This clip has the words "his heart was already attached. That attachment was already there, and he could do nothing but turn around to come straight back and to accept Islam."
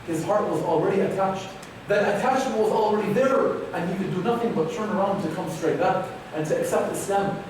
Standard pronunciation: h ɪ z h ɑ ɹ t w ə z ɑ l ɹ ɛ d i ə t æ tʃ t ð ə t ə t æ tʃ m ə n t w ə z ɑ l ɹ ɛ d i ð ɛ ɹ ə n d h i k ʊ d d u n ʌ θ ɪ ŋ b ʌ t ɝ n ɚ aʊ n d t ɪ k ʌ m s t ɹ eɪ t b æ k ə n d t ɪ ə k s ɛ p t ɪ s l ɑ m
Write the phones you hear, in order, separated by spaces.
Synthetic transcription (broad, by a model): h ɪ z h ɑ ɹ t w ə z l ɹ ɛ d i ə t æ tʃ t ð ə t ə t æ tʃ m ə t w ə z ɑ l ɹ ɛ d i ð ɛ ɹ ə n h i k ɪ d d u n ʌ θ ɪ ŋ b ʌ t ɝ n ɚ aʊ n d t ɪ k ʌ m s t ɹ eɪ t b æ k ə n t ɪ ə k s ɛ p t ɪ s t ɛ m